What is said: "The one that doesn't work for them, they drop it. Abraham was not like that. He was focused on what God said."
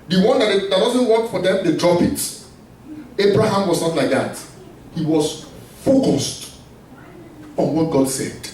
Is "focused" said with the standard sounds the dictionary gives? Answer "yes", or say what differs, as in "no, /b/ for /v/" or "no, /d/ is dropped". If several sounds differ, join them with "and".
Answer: yes